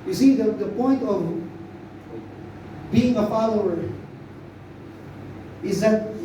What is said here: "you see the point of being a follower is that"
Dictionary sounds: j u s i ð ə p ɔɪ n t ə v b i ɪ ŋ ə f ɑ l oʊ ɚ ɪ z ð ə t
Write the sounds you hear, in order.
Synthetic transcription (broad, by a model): j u s i ð ə p ɔɪ n t ə v b i ɪ ŋ ə f ɑ l oʊ ɚ ɪ z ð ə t